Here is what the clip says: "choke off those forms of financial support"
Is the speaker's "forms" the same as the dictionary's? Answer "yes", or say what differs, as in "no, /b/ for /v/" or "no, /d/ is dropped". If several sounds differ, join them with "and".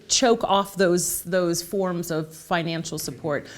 yes